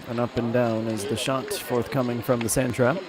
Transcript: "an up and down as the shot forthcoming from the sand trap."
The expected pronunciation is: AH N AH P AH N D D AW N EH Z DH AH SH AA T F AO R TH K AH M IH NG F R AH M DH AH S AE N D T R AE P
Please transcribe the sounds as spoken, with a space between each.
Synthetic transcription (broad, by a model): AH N AH P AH N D D AW N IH Z DH AH SH AA T F AO R TH K AH M IH NG F R AH M DH AH S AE N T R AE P